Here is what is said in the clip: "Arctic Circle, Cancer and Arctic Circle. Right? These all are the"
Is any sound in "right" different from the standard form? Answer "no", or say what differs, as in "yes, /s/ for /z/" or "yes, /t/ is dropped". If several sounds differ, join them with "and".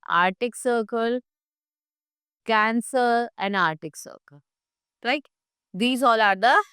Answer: yes, /l/ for /ɹ/